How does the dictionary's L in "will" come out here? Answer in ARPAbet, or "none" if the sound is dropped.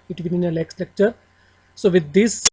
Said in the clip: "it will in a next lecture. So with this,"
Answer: N